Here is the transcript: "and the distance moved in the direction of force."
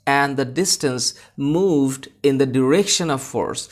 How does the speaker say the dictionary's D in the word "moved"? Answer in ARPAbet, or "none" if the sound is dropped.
D